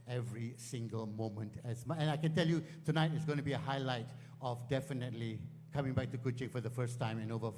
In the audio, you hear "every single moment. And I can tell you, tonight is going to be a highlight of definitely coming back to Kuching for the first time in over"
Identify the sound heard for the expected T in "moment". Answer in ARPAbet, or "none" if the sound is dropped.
T